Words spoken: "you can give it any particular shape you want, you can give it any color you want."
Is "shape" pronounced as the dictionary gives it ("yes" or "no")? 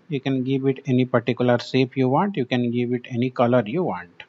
no